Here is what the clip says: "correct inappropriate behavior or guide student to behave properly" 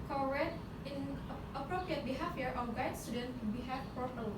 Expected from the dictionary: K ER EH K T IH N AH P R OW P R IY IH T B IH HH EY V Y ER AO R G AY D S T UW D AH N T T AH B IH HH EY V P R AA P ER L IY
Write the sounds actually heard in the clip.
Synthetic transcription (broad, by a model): K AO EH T IH N AH P R OW P R IY IH T B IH HH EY F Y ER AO W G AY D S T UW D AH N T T B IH HH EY F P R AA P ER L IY